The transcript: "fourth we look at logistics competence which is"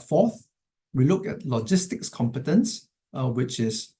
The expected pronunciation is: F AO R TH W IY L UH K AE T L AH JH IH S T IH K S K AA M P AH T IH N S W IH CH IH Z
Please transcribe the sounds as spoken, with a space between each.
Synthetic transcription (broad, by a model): F AO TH W IY L UH K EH T L AH JH IH S T IH K S K AA M P AH T IH N S W IH CH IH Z